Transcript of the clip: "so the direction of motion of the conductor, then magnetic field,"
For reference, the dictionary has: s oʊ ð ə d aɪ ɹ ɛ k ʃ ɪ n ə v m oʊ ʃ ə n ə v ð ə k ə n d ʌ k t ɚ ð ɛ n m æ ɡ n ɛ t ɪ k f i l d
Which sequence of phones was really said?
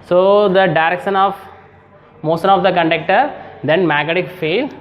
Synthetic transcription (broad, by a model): s oʊ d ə d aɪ ɹ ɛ k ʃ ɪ n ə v m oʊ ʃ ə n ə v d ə k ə n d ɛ k t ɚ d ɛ n m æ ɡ ɛ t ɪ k f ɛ l